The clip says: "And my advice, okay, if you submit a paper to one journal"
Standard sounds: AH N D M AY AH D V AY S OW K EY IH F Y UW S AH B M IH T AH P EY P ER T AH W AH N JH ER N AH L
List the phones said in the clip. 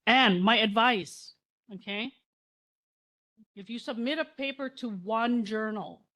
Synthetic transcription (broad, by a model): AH N M AY AH D V AY S OW K EY IH F Y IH S AH B M IH T AH P EY P ER T AH W AH N JH ER N L